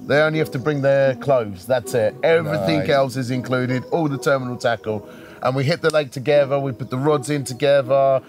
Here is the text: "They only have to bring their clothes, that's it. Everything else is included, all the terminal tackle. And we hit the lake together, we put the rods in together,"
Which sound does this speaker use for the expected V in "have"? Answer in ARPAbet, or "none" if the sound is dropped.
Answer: F